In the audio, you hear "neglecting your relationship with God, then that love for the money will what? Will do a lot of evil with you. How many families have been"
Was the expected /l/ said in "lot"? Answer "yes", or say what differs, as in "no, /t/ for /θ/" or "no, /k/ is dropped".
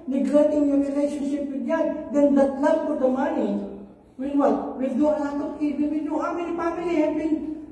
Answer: no, /n/ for /l/